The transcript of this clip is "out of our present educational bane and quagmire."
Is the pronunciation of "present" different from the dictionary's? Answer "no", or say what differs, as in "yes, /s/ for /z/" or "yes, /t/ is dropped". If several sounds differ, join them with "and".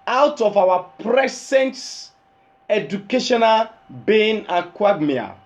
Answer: yes, /s/ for /z/